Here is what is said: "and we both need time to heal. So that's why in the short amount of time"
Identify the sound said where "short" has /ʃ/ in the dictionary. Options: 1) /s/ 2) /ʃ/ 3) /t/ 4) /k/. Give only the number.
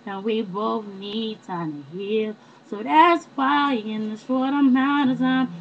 1